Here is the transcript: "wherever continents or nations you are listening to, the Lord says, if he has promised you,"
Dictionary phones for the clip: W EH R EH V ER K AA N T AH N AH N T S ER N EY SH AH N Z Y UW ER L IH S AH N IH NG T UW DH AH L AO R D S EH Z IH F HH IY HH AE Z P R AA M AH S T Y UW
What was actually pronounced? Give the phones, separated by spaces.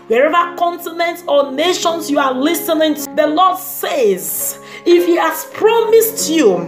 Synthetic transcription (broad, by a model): W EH R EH V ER K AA N T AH N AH N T ER N EY SH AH N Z Y UW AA L IH S AH N IH NG T UW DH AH L AO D S EH Z IH F HH IY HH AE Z P R AA M AH S T Y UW